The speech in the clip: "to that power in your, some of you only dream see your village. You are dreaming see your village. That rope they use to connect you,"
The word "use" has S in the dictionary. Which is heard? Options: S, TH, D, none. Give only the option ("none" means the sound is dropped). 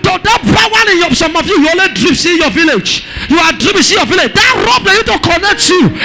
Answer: none